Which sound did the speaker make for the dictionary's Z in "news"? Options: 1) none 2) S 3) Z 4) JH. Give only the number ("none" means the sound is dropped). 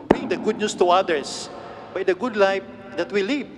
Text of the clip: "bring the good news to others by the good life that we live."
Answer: 2